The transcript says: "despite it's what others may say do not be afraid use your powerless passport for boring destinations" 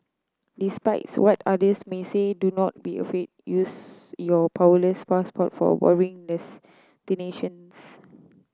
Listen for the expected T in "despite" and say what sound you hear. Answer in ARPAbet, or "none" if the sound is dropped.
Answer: none